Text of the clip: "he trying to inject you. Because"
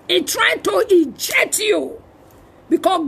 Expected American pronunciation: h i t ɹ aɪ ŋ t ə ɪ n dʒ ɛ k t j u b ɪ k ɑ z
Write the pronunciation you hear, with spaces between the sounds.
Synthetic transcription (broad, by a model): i t ɹ aɪ t ə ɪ dʒ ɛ t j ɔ b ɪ k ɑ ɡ